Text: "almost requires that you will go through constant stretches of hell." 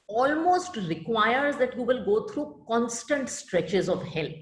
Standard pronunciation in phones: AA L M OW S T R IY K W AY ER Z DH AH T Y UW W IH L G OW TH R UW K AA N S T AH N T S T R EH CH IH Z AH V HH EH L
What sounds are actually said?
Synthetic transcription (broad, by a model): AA L M OW S T R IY K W AY ER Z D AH T Y UW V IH L G OW T R UW K AA N S T AH N T S T R EH CH IH Z AH V HH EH L